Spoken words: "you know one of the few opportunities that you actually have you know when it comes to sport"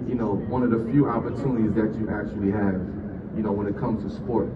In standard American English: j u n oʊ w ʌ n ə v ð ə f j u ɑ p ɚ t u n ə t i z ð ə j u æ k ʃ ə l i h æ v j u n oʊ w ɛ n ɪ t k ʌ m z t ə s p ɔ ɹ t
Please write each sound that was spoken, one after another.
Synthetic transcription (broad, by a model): j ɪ n oʊ w ʌ n ə v ð ə f j u ɑ p ɚ t u n ə t i z ð ə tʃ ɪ æ k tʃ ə l i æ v j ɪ n oʊ w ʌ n ɪ t k ʌ m z t ə s p ɔ ɹ t